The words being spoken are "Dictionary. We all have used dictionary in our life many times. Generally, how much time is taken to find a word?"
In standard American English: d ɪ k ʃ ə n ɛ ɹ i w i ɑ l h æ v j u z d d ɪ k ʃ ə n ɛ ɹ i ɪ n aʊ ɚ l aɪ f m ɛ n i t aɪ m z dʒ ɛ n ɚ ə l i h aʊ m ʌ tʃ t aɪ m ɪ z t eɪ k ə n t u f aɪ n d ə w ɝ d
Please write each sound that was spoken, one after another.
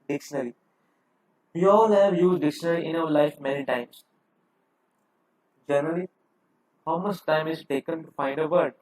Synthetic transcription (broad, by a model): d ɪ k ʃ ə n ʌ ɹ i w i ɑ l h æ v j u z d d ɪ k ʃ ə n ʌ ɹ i ɪ n aʊ ɚ l aɪ f m ɛ n i t aɪ m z dʒ ɛ n ɚ ə l i h aʊ m ʌ tʃ t aɪ m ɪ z t eɪ k ə n t u f aɪ n d ə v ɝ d